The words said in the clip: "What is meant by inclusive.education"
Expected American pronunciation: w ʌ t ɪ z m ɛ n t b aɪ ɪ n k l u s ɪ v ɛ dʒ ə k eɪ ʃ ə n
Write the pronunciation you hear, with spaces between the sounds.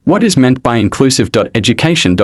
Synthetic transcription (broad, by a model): w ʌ t ɪ z m ɛ n b aɪ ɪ n k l u s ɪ v ɛ dʒ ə k eɪ ʃ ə n